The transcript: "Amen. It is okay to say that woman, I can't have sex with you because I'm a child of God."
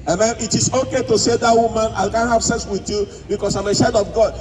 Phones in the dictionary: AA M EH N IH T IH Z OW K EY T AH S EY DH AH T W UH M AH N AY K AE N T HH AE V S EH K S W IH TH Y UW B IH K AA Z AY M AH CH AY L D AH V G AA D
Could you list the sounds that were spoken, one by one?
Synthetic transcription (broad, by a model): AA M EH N IH T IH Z OW K EY T AH S EY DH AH T W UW M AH N AY K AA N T HH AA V S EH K S W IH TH Y UW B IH K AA S AY M AH SH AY D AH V G AA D